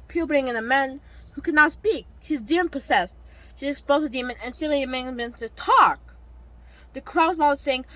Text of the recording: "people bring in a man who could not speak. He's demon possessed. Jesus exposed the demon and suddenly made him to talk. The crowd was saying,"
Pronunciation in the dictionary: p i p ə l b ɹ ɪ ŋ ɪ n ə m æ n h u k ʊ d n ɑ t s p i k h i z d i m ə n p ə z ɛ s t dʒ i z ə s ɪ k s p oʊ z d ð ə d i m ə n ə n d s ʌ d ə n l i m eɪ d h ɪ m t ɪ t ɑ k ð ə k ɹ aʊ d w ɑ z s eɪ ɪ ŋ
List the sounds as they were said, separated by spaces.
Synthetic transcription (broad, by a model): p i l b ɹ ɪ ŋ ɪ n ə m æ n h u k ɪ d n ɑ t s p i k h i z d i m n p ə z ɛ s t ʃ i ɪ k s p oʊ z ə d i m ə n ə n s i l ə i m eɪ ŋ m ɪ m t ɪ t ɑ k ð ə k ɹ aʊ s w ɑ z s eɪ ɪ ŋ